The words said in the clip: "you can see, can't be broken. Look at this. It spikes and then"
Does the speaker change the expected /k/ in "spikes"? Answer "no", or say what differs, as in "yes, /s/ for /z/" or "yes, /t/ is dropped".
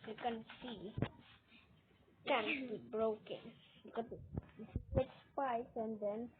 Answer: yes, /k/ is dropped